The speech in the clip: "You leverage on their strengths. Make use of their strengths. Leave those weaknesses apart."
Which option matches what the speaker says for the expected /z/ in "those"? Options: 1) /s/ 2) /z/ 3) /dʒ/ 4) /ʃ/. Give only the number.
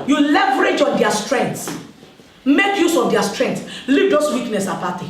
1